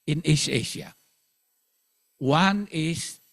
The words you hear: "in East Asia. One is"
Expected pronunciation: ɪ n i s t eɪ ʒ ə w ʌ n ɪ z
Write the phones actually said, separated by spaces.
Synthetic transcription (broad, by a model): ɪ n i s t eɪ ʃ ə w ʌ n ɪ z